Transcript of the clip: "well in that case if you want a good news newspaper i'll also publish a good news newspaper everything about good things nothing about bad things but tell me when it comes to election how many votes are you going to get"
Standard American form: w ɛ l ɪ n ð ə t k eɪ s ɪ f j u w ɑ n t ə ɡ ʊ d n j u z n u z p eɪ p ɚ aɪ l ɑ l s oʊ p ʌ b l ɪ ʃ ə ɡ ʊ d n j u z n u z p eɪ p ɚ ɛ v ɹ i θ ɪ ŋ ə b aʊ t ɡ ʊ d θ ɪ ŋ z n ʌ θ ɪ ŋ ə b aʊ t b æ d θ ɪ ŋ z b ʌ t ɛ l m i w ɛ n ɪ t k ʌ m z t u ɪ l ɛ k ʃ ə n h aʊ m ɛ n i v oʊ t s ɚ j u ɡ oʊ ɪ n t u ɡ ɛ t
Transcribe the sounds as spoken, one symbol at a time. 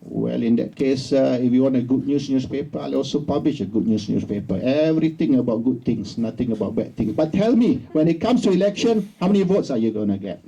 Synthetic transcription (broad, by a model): w ɛ l ɪ n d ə t k eɪ s ɪ f j u w ɑ n t ə ɡ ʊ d n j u s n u s p eɪ p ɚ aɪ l ɑ l s oʊ p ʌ b l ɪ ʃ ə ɡ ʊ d n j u s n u s p eɪ p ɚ ɛ v ɹ i t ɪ ŋ ə b aʊ t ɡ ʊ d t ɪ ŋ s n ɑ t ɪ ŋ ə b aʊ t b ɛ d t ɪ ŋ s b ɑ t ɛ l m i w ɛ n ɪ t k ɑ m s t u ɪ l ɛ k ʃ ə n h aʊ m ɛ n i v oʊ t s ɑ j u ɡ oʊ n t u ɡ ɛ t